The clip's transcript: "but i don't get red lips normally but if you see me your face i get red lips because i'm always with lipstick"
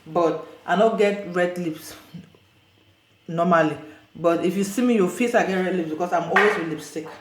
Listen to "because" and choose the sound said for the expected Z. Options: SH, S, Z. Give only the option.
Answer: S